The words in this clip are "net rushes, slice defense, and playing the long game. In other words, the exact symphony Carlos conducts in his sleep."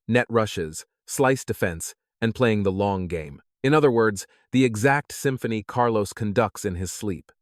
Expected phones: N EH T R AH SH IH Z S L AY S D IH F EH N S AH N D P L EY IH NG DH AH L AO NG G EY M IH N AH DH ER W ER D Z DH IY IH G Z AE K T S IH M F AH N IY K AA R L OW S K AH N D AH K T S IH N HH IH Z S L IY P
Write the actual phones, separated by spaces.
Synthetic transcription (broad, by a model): N EH T R AH SH IH Z S L AY S D IH F EH N S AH N P L EY IH NG DH AH L AO NG G EY M IH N AH DH ER W ER D Z DH IY IH G Z AE K T S IH M F AH N IY K AA R L OW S K AH N D AH K T S IH N IH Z S L IY P